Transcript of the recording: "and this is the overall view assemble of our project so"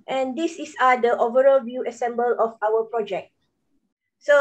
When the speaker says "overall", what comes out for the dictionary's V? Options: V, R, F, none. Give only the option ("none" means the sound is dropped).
V